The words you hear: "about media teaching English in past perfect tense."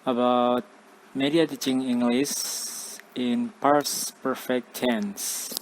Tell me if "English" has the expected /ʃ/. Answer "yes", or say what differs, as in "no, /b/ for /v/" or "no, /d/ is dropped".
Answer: no, /s/ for /ʃ/